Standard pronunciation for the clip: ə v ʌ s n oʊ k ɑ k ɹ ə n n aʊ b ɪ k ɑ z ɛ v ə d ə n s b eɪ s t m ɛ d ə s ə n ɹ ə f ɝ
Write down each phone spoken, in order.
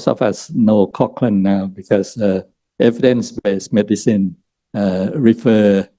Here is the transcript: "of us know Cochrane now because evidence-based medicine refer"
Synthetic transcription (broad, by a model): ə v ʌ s n oʊ k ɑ k l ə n n aʊ b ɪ k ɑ s ɛ v ə d ə n s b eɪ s m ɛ d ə s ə n ɹ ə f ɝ